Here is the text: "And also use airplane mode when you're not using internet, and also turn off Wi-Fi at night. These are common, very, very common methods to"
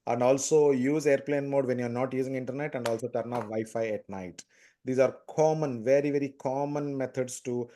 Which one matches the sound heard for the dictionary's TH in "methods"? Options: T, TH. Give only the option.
T